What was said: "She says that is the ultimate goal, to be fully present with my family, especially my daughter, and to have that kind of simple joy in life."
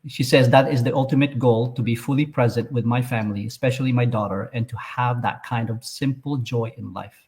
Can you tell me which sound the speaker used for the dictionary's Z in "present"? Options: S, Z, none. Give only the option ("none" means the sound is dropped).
Z